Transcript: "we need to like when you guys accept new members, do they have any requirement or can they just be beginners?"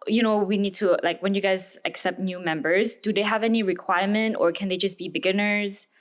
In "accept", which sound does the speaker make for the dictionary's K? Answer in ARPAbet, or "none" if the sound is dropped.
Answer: K